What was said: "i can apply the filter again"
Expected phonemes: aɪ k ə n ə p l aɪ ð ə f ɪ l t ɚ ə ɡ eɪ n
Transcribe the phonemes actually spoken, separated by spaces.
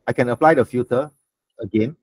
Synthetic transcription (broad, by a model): aɪ k ə n ə p l aɪ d ə f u t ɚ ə ɡ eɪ n